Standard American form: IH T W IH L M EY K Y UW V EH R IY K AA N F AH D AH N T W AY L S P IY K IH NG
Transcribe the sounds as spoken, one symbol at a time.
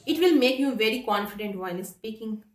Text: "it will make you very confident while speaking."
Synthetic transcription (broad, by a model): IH T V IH L M EY K Y UW V EH R IY K AA N F AH D AH N T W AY N S P IY K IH NG